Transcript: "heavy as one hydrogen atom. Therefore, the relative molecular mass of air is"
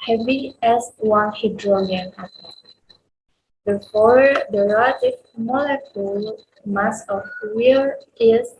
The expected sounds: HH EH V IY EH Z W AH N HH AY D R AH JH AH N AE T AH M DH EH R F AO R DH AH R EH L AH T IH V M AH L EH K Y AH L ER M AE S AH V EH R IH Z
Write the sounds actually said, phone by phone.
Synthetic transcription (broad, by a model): HH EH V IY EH S W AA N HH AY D R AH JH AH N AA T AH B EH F AO R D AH R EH L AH T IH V M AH L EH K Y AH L M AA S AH W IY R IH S